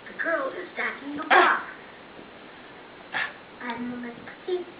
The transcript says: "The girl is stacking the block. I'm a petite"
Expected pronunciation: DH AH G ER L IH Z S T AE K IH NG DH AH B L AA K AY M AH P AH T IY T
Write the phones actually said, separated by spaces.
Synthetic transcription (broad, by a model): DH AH G ER L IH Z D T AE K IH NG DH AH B AA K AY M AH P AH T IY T